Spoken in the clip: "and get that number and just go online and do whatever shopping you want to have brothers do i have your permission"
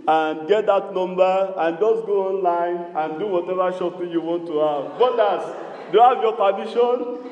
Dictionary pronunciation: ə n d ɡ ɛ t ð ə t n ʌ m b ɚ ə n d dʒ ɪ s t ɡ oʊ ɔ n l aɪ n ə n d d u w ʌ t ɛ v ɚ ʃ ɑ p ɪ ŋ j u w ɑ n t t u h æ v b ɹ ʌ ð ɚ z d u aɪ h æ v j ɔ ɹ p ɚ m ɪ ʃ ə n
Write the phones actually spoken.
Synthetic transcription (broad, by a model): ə n ɡ ɛ t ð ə t n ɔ m b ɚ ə n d dʒ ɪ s ɡ oʊ ɔ n l aɪ n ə n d d u w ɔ t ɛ v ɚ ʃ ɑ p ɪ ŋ j u w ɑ n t t u h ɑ v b ɔ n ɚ s d u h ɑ v j ɔ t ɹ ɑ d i ʃ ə n